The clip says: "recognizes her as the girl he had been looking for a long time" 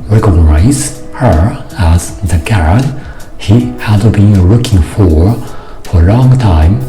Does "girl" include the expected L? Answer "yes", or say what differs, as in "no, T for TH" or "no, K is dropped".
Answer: no, N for L